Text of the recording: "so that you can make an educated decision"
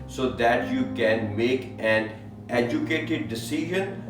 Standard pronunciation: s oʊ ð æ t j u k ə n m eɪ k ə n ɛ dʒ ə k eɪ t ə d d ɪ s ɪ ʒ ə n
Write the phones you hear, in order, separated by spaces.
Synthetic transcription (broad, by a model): s oʊ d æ t j u k ə n m eɪ k ə n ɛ dʒ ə k eɪ t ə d d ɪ s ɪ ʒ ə n